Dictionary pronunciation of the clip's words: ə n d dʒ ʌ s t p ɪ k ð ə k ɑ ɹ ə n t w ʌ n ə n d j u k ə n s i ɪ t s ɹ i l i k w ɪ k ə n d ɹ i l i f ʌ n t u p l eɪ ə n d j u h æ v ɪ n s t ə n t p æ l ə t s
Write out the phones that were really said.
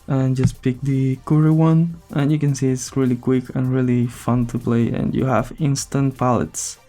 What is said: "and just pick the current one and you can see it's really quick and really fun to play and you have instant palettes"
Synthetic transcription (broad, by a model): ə n dʒ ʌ s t p ɪ k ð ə k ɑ ɹ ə w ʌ n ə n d j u k ə n s i ɪ t s ɹ i l i k w ɪ k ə n ɹ i l i f ʌ n t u p l eɪ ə n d j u h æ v ɪ n s t ə n t p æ l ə t s